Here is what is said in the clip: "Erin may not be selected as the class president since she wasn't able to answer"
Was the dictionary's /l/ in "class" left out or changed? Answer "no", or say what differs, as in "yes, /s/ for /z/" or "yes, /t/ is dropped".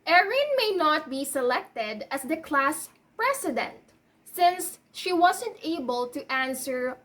no